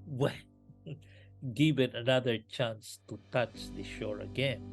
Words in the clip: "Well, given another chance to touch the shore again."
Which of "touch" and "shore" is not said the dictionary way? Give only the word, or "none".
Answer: none